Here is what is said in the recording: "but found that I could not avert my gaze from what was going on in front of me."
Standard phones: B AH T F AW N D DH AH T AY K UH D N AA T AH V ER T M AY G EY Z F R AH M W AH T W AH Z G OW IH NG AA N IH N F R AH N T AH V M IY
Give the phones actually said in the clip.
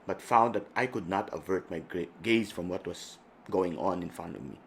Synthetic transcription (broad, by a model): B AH T F AW N D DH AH T AY K UH D N AA T AH V ER T M AY G EY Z F R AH M W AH T W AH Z G OW IH NG AA N IH N F R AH N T AH V M IY